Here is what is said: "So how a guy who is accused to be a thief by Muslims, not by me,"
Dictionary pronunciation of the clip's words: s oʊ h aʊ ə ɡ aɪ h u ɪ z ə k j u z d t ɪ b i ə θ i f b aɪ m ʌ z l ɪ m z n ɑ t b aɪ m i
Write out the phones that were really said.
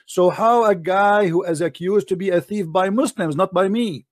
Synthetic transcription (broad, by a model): s oʊ h aʊ ə ɡ aɪ h u ɪ z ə k j u z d t ɪ b i ə θ i f b aɪ m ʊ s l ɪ m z n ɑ t b aɪ m i